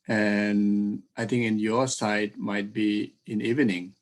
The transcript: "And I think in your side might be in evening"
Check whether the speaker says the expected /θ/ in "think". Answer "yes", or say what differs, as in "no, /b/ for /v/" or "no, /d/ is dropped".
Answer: no, /t/ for /θ/